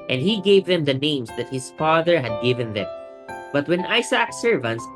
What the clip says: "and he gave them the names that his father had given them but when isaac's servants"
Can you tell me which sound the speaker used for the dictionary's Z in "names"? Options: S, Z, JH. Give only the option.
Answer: S